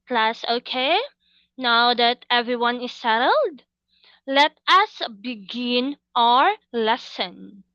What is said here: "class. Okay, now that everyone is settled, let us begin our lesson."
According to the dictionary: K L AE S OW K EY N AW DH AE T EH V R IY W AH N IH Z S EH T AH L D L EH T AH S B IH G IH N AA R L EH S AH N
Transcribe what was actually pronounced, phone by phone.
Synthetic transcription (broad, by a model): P L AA S OW K EY N AW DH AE T EH V R IY W AH N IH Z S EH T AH L D L EH T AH S B IH G IH N AA R L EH S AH N